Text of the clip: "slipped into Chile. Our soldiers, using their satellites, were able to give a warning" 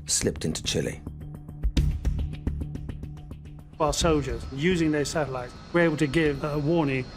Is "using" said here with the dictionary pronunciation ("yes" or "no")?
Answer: yes